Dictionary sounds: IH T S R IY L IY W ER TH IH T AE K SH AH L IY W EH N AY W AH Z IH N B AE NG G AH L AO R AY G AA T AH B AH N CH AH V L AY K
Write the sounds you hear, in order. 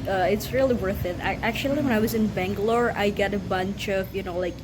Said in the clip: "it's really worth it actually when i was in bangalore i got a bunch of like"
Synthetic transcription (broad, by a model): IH T S R IY L IY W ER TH IH T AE K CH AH L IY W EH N AY W AH Z IH N B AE NG G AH L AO R AY G AA T AH B AH N CH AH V L AY K